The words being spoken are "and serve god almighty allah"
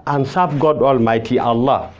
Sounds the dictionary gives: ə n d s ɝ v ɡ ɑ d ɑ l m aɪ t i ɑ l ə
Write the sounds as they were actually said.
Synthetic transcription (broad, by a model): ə n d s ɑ b ɡ ɑ d ɑ l m aɪ t i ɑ l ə